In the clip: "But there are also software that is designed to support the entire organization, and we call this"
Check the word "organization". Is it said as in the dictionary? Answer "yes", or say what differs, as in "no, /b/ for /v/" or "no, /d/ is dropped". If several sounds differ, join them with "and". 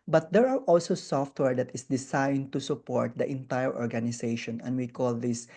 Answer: no, /s/ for /z/